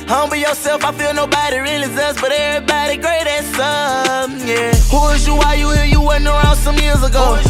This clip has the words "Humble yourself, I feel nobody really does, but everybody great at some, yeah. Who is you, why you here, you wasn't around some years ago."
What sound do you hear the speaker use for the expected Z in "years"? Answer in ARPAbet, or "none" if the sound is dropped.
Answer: Z